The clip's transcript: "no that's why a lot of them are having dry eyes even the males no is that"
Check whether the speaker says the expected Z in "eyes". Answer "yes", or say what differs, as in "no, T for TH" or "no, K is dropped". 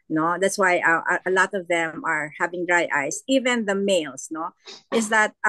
no, S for Z